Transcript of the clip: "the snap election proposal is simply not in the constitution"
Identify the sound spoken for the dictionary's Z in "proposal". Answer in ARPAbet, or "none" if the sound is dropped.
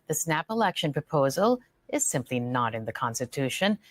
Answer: Z